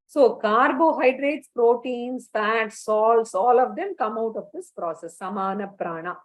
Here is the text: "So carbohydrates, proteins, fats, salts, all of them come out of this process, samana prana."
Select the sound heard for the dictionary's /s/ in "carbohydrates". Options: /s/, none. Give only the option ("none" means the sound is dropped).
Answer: /s/